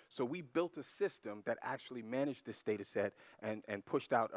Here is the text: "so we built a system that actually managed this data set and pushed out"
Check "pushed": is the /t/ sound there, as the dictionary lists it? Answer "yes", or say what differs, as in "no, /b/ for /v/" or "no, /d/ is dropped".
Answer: yes